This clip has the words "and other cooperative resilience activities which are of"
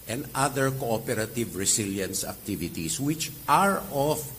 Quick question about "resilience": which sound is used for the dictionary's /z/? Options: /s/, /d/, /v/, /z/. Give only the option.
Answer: /s/